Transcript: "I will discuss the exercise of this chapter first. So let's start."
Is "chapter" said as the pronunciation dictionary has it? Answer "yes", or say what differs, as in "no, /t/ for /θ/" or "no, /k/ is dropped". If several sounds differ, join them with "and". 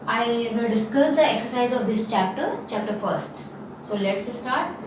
yes